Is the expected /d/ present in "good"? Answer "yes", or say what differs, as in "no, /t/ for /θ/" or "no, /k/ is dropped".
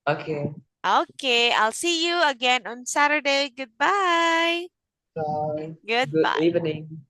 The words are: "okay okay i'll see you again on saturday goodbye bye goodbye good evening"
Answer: no, /d/ is dropped